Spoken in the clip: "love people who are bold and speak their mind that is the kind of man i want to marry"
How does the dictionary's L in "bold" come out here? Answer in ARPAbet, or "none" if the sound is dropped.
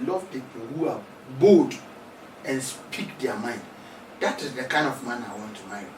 none